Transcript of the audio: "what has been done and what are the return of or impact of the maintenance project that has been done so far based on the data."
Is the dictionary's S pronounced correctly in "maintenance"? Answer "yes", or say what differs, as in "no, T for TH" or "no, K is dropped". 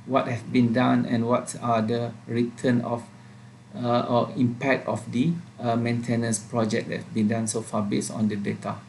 yes